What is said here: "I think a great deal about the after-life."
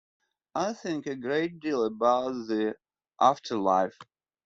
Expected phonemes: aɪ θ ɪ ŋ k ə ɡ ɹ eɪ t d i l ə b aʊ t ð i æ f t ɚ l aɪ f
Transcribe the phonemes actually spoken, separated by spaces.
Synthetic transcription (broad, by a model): aɪ θ ɪ ŋ k ə ɡ ɹ eɪ t d i l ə b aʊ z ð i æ f t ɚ l aɪ f